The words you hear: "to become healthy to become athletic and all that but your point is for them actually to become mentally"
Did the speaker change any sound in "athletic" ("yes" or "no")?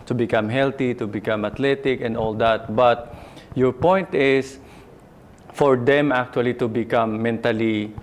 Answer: yes